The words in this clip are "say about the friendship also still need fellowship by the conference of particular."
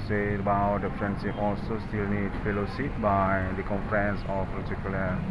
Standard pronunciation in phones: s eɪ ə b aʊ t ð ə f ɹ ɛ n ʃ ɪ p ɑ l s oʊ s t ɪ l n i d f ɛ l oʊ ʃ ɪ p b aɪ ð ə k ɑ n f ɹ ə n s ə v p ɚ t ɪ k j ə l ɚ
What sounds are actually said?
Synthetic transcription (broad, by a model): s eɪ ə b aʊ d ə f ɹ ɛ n s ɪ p ɑ l s oʊ s t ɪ l n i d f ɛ l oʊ s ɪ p b aɪ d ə k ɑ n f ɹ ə n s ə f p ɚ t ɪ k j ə l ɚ